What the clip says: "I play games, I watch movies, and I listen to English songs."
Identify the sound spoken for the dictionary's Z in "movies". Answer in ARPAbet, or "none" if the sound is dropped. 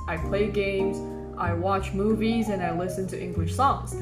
Z